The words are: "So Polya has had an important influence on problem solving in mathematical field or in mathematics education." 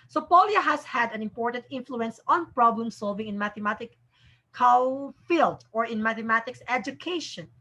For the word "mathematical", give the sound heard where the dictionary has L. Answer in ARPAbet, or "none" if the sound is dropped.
W